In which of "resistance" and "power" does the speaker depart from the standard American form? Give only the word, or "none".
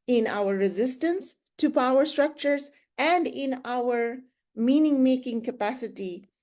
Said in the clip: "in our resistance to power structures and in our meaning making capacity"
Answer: none